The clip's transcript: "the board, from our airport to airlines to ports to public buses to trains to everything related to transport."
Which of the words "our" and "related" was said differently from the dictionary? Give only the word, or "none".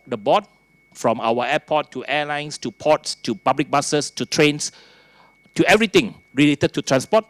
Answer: our